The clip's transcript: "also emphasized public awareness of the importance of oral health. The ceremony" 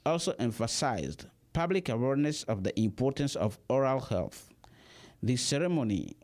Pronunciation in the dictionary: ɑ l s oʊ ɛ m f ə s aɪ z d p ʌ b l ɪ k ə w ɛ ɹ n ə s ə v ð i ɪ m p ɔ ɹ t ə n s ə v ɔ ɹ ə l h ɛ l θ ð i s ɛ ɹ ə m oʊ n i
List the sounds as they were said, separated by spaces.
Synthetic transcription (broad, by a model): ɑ l s oʊ ɛ m f ə s aɪ z d p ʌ b l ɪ k ə w ɛ ɹ n ə s ə v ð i ɪ m p ɔ ɹ t ə n s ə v ɔ ɹ ə l h ɛ l θ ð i s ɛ ɹ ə m oʊ n i